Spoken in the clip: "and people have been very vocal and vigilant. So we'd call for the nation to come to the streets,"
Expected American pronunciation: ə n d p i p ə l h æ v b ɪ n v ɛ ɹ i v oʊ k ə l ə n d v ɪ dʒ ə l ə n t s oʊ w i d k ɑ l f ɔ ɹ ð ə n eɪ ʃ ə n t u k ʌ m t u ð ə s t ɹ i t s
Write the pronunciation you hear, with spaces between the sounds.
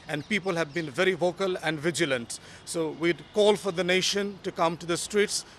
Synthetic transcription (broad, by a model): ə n d p i p ə l h æ v b ɪ n v ɛ ɹ i v oʊ k ə l ə n d v ɪ dʒ ə l ə n t s oʊ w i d k ɑ l f ɔ ɹ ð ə n eɪ ʃ ə n t u k ʌ m t u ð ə s t ɹ i t s